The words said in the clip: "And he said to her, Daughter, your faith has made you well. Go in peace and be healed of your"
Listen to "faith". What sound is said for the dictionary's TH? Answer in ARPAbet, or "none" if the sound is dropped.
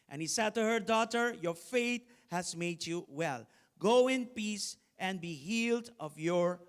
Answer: T